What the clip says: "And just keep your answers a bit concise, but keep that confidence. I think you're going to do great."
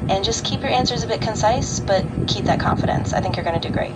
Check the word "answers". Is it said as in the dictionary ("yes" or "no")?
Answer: yes